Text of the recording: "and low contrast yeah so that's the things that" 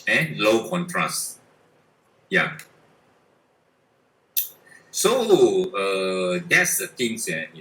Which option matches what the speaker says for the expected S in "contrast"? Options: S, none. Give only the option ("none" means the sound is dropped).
S